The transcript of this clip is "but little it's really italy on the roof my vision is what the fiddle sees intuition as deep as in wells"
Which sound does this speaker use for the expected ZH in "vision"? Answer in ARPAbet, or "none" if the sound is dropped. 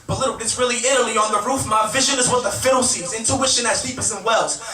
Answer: ZH